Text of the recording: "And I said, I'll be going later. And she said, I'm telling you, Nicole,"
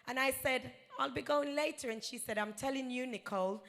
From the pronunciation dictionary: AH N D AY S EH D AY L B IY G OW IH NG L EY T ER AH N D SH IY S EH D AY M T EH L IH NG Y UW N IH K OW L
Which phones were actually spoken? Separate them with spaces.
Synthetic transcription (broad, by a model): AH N AY S EH D AY L B IY G OW IH NG L EY T ER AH N SH IY S EH D AY M T EH L IH NG Y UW N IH K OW L